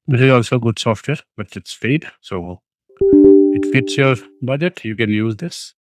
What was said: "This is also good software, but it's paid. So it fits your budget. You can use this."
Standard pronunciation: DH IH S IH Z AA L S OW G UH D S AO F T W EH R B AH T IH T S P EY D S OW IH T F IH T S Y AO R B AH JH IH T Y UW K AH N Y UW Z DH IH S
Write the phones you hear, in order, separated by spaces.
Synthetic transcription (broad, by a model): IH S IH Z AA L S OW G UH D S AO F T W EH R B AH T IH T S F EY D S OW IH T F IH T S Y AO R B AH JH IH T Y UW K AH N Y UW Z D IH S